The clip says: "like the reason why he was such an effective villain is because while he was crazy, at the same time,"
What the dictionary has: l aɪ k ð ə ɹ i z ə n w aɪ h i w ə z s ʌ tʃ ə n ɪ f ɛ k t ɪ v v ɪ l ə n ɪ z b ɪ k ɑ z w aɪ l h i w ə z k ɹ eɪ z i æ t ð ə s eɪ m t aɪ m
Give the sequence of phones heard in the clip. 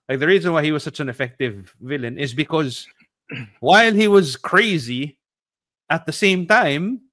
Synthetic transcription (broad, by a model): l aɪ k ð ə ɹ i z ə n w aɪ h i w ə z s ʌ tʃ ə n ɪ f ɛ k t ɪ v v ɪ l ə n ɪ z b ɪ k ɑ z w aɪ l h i w ə z k ɹ eɪ z i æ t ð ə s eɪ m t aɪ m